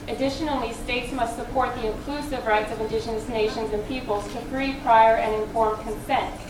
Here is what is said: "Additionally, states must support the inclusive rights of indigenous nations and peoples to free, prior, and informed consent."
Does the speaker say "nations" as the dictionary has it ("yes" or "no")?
yes